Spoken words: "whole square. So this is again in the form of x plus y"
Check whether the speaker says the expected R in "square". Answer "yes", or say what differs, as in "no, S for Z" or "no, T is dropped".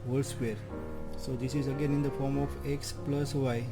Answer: yes